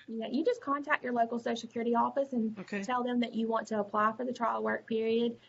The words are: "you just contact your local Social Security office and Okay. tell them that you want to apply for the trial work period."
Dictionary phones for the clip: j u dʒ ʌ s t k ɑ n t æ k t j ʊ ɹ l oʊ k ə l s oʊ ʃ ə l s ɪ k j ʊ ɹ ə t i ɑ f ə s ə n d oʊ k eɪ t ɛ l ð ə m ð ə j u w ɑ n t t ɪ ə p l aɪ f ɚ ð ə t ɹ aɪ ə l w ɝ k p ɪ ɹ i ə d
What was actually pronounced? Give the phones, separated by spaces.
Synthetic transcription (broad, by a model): j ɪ dʒ ʌ s k ɑ n t æ k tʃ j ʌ ɹ l oʊ k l s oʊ ə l s ɪ k j ʊ ɹ ə t i ɑ f ə s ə n oʊ k eɪ t ɛ l ð ə m ð ə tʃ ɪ w ɑ n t t ɪ ə p l aɪ f ɚ ð ə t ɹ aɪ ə w ɝ k p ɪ ɹ i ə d